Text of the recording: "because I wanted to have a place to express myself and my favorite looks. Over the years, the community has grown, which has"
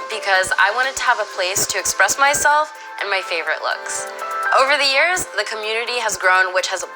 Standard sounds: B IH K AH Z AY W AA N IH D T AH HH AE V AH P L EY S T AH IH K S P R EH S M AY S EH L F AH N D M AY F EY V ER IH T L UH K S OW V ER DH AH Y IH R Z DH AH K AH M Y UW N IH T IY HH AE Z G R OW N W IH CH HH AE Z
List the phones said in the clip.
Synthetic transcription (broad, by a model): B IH K AH Z AY W AA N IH D T AH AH V AH P L EY S T IH K S P R EH S M AY S EH L F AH N M AY F EY V ER IH T L UH K S OW V ER DH AH Y IH R Z DH AH K AH M Y UW N IH T IY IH Z G R OW N W IH CH HH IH Z